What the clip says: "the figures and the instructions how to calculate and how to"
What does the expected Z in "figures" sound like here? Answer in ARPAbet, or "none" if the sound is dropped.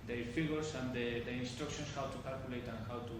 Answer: S